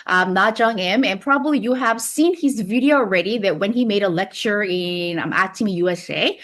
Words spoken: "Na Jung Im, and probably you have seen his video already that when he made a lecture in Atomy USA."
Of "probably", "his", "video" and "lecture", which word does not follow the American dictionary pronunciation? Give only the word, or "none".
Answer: none